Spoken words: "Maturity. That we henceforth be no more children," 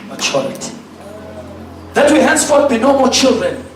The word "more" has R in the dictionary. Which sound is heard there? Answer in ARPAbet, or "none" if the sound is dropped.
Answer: L